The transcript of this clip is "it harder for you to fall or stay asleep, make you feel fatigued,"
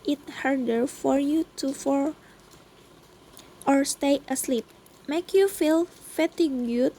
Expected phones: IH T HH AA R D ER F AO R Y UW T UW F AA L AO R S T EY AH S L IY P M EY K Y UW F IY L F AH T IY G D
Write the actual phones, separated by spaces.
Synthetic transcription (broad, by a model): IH T HH AA R D ER F AO R Y UW T UW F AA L AO R S T EY AH S L IY P M EY K Y UW F IY L F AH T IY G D